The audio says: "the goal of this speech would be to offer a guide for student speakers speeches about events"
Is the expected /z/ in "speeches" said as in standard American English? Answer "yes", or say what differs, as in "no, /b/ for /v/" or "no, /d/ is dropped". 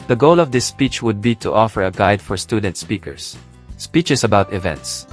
no, /s/ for /z/